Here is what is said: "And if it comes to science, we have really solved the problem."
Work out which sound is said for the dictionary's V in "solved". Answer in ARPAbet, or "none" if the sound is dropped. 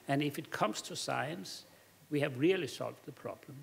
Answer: V